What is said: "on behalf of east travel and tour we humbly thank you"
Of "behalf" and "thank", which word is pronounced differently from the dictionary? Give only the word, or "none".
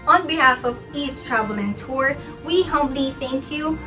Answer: none